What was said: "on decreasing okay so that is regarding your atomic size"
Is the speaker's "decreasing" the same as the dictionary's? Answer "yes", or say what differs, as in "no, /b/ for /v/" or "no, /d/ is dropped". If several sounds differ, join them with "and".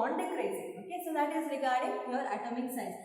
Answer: no, /s/ is dropped